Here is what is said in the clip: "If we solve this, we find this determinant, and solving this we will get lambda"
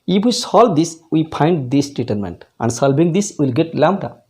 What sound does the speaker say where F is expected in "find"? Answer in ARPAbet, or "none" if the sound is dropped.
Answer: P